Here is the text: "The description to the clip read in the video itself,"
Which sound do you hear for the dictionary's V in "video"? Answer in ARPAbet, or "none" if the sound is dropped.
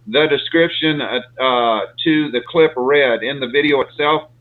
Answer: V